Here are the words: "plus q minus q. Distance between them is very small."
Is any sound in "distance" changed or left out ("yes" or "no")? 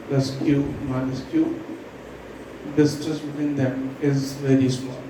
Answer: yes